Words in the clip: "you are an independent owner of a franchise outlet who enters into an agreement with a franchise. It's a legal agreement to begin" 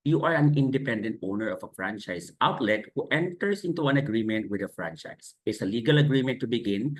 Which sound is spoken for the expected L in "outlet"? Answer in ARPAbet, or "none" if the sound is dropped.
L